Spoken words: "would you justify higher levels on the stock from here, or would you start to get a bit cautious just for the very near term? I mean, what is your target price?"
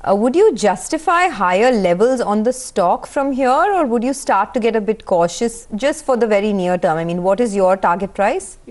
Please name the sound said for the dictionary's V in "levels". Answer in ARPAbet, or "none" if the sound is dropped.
V